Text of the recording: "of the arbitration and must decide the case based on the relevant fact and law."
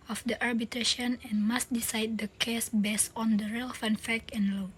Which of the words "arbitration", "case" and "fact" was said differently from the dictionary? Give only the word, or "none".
fact